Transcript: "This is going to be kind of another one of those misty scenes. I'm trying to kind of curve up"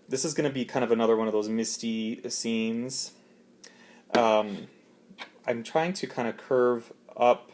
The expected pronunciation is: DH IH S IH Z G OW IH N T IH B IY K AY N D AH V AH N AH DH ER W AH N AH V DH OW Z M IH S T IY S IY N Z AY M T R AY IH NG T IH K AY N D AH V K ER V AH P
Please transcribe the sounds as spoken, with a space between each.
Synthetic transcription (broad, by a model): DH IH S IH Z G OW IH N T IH B IY K AY N D AH V AH N AH DH ER W AH N AH V DH OW Z M IH S T IY S IY N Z AY M T R AY IH NG T IH K AY N D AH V K ER V AH P